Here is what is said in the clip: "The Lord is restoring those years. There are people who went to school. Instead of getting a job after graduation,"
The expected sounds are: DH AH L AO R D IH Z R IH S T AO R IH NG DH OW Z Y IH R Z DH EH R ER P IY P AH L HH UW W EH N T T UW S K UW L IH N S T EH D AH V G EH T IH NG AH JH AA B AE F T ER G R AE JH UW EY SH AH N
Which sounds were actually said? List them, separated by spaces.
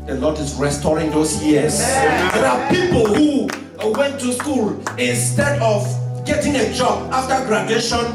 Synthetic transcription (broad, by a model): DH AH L AO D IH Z R IH S T AO R IH NG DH OW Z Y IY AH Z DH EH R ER P IY P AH L HH UW W EH N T T UW S K UW L IH N S T EH D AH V G EH T IH NG AH JH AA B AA F T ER G R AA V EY SH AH N